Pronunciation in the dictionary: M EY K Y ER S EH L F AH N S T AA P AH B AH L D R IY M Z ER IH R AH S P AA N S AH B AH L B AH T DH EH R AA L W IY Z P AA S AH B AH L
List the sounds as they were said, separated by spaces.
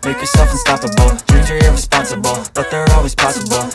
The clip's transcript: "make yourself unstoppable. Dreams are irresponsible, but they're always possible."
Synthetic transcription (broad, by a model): M EY K Y ER S EH L F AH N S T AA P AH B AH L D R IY Z ER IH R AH S P AA N S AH B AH L B AH T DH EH R AA L W IY Z P AA S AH B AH L